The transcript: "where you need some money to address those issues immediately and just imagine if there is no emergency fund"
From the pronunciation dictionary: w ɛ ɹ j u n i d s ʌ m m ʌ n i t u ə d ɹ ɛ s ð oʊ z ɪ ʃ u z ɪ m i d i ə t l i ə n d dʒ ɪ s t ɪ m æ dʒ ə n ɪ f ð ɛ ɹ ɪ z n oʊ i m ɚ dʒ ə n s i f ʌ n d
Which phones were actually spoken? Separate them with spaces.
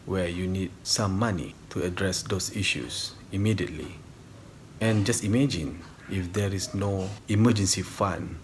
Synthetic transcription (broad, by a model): w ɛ j u n i d s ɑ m m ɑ n i t u ə d ɹ ɛ s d oʊ s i ʃ u s ɪ m i d i ə t l i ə n dʒ ɪ s t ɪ m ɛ dʒ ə n ɪ f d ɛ ɹ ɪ s n oʊ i m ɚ dʒ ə n s i f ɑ n